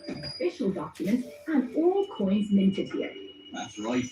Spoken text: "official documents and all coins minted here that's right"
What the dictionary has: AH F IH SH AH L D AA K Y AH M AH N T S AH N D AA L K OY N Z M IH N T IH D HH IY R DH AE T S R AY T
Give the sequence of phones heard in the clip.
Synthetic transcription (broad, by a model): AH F IH SH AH L D AA K Y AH M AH N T AH N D AA L K OY N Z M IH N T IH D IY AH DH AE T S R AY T